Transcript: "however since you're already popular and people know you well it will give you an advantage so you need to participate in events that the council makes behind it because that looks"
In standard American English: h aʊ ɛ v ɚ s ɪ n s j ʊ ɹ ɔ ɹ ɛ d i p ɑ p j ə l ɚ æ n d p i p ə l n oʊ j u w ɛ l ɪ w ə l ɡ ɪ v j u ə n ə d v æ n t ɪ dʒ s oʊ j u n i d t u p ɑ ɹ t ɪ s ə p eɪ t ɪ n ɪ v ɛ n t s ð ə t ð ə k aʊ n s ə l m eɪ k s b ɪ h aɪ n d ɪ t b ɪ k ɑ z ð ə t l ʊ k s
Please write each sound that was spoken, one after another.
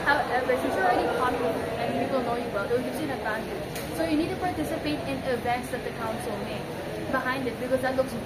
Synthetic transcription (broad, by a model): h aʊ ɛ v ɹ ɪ s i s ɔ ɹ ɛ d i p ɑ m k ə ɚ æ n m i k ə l n oʊ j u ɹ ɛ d ɪ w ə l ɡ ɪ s ə n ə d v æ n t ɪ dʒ s oʊ j u n i d t u p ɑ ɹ t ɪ s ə p eɪ t ɪ n ɪ v ɛ n t s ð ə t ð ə k aʊ n s ə l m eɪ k b ɪ h aɪ n d ɪ t b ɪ k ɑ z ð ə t l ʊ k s